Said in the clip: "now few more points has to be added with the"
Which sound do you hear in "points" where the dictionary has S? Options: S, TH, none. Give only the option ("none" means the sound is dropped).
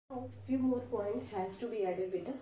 none